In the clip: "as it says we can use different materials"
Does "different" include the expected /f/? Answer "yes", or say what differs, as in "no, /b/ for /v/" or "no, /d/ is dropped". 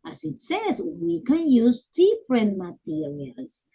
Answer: no, /p/ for /f/